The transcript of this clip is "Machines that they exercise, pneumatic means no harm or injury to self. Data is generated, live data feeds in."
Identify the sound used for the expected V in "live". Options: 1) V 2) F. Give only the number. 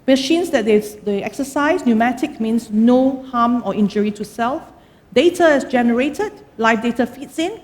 2